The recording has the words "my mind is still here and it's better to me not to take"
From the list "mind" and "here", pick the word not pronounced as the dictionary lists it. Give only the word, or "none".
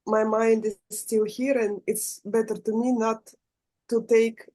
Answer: none